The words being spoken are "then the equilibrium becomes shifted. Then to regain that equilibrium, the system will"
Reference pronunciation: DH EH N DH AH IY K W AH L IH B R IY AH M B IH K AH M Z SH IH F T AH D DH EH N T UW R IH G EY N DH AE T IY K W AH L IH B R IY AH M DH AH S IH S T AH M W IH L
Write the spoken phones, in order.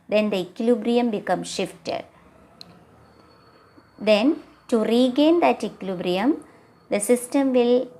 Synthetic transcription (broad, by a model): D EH N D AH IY K L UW B R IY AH M B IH K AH M SH IH F T AH D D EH N T UW R IH G EY N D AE T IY K L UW B R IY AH M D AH S IH S T AH M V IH L